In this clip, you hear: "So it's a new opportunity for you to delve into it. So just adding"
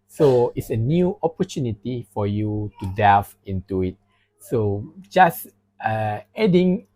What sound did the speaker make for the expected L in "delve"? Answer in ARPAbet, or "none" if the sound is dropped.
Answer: none